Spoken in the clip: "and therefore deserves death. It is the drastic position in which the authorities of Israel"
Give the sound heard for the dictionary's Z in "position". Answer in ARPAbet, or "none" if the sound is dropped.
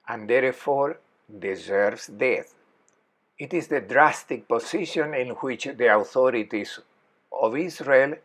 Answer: S